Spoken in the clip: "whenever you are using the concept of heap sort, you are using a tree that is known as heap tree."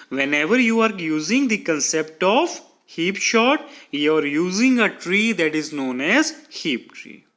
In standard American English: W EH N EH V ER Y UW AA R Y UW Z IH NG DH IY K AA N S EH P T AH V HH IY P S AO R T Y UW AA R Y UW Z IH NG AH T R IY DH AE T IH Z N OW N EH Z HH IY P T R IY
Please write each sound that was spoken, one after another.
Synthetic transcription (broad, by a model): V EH N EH V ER Y UW AA R Y UW Z IH NG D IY K AA N S EH P T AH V HH IY P SH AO T Y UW AA R Y UW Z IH NG AH T R IY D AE T IH Z N OW N EH Z HH IY P T R IY